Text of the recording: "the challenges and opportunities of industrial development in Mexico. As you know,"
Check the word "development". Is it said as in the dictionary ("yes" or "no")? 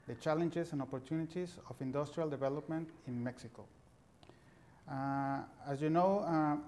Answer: yes